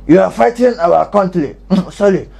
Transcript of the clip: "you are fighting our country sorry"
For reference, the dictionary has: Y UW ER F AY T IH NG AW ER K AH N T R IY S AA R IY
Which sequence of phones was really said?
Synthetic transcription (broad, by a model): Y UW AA F AY T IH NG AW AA K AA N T L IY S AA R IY